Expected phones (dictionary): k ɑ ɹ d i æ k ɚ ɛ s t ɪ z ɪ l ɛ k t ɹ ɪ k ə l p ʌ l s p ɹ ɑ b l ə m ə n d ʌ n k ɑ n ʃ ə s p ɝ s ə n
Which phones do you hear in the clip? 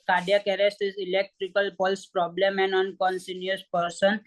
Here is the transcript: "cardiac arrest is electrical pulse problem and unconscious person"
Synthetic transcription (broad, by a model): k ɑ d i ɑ k ɚ ɛ s t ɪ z ɪ l ɛ k t ɹ ɪ k ə l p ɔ l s p ɹ ɑ b l ə m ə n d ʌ n k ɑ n s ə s p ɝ s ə n